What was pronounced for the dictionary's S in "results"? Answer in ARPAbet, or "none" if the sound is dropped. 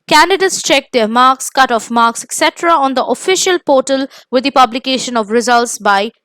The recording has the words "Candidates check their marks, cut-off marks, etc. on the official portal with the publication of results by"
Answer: S